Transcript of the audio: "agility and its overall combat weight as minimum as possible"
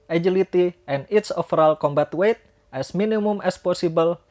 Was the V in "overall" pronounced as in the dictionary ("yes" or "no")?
no